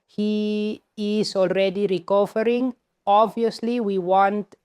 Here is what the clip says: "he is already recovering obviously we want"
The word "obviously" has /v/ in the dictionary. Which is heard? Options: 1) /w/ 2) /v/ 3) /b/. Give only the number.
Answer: 2